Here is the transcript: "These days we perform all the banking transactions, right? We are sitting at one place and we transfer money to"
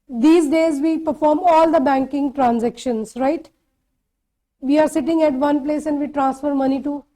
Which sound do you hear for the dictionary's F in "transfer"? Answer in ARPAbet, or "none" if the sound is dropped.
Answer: F